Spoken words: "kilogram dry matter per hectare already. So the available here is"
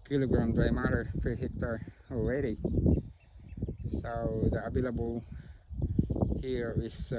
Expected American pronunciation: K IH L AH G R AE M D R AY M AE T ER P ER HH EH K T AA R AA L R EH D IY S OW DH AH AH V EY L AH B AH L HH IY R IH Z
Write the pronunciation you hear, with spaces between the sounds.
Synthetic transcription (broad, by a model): K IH L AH G R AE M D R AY M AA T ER F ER HH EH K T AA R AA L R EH D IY S OW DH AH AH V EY L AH B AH L HH IY R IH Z